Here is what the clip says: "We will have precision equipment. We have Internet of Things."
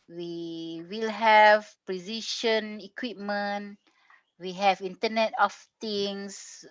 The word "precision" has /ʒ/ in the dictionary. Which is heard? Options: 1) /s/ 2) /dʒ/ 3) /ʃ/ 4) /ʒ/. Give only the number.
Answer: 3